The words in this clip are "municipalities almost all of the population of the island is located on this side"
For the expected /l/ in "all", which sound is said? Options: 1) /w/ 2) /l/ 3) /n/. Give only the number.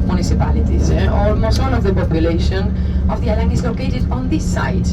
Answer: 3